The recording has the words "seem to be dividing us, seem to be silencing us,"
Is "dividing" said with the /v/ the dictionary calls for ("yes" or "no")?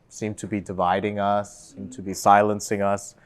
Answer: yes